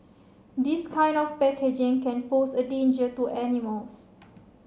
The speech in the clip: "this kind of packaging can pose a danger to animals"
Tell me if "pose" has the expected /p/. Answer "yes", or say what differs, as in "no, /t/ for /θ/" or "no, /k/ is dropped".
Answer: no, /f/ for /p/